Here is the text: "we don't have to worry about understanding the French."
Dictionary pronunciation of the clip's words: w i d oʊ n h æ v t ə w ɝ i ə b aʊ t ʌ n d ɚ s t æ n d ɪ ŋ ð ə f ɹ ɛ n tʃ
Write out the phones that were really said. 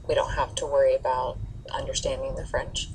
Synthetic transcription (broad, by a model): w i d oʊ n h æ f t ə w ɝ i ə b aʊ t ʌ n d ɚ s t æ n d ɪ ŋ ð ə f ɹ ɛ n tʃ